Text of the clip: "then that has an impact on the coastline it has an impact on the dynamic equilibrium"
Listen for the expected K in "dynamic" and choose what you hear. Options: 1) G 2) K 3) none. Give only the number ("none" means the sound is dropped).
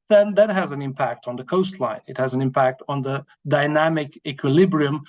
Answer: 2